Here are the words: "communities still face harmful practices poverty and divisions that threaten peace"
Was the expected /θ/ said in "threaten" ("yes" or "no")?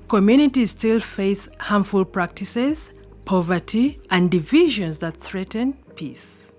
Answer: yes